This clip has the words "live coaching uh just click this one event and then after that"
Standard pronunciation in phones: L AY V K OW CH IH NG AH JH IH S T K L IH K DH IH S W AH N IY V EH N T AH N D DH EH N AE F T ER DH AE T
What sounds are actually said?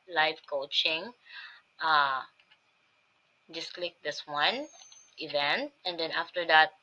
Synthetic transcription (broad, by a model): L AY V K OW CH IH NG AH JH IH S K L IH K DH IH S W AH N IY V EH N T AH N D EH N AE F T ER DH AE T